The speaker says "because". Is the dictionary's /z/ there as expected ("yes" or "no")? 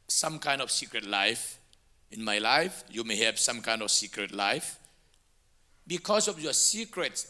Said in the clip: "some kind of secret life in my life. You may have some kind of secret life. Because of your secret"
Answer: no